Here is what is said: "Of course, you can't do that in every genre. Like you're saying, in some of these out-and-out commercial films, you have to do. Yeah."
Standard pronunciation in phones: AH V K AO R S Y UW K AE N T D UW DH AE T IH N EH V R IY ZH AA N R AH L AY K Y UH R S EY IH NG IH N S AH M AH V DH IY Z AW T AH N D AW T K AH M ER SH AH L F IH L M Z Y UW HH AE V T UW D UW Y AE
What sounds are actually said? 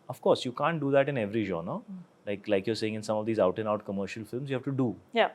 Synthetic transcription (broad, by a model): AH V K AO R S Y UW K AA N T D UW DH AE T IH N EH V R IY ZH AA N L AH L AY K Y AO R S EY IH NG IH N S AH M AH V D IY Z AW T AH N AW T K AH M ER SH AH L F IH L M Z Y UW HH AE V T UW D UW Y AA